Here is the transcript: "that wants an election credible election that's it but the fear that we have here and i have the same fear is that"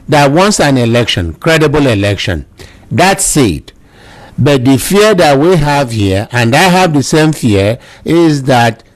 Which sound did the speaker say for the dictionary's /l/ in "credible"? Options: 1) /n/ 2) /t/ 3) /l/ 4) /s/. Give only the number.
3